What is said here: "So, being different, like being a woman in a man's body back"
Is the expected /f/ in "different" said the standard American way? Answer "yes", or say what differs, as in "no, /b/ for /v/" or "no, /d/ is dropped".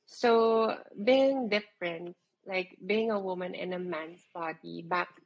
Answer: yes